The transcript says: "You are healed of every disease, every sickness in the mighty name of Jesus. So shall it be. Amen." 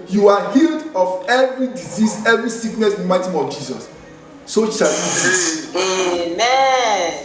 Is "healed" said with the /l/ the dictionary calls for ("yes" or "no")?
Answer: yes